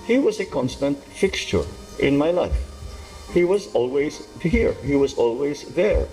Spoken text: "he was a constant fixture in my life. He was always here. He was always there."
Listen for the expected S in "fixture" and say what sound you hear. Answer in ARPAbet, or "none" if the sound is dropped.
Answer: S